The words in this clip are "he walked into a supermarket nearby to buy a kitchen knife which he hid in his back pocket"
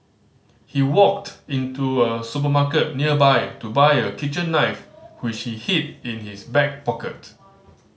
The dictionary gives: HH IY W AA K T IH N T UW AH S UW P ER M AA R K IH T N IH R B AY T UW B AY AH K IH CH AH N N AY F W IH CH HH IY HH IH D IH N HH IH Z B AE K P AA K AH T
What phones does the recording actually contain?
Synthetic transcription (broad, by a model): HH IY W AA K T IH N T UW AH S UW P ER M AA K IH T N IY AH B AY T UW B AY AH K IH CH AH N N AY F W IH CH HH IY HH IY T IH N HH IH S B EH K P AA K AH T